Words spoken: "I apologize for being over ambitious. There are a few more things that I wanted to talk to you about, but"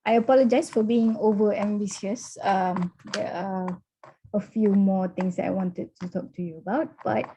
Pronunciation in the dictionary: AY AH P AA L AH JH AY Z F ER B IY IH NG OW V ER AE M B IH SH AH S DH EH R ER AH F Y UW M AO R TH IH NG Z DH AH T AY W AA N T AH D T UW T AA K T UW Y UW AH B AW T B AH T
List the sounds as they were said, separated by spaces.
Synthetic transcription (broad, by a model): AY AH P AA L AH JH AY S F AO B IY IH NG OW V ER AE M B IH S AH S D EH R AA AH F Y UW M AO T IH NG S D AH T AY W AA N T AH D T UW T AA K T UW Y UW AH B AW T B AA T